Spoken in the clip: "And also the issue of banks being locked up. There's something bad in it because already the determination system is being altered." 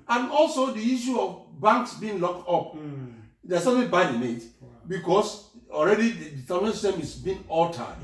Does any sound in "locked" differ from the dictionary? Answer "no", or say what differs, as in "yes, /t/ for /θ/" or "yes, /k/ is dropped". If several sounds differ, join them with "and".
no